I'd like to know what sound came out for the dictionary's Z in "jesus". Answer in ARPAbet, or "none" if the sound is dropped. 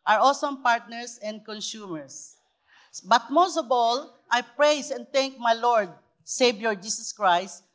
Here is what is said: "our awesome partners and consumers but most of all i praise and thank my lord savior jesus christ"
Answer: S